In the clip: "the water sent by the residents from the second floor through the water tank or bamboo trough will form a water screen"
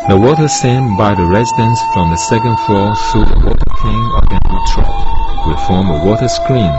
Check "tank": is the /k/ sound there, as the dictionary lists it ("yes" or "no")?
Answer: no